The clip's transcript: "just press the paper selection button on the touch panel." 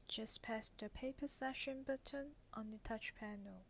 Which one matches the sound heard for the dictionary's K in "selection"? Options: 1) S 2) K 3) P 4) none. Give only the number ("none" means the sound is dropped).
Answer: 4